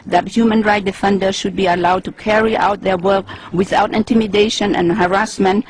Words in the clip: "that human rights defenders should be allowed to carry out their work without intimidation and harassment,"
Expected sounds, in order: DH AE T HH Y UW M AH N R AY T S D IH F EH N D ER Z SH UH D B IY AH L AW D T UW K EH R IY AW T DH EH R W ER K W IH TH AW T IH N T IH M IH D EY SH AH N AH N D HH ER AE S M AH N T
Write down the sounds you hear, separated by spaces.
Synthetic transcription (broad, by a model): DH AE T HH Y UW M AH N R AY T D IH F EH N D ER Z SH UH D B IY AH L AW D T UW K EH R IY AW T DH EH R W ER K W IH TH AW T IH N T IH M IH D EY SH AH N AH N HH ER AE S M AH N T